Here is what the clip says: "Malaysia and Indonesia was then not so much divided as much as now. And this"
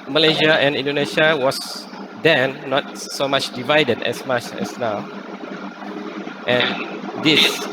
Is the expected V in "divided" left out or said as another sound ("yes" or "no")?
no